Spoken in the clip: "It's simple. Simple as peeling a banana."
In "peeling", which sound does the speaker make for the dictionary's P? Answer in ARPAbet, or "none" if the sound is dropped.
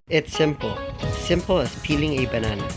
P